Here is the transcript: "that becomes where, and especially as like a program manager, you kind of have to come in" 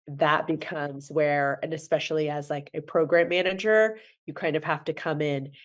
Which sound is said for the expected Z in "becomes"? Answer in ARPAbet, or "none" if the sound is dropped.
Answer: Z